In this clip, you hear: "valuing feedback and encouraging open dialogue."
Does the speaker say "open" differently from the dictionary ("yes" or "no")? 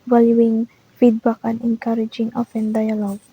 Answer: yes